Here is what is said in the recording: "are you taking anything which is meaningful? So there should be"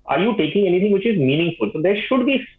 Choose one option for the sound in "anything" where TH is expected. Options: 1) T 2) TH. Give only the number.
1